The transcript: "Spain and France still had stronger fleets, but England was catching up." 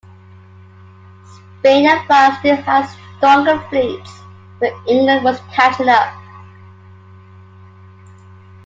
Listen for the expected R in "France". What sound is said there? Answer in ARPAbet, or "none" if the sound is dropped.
none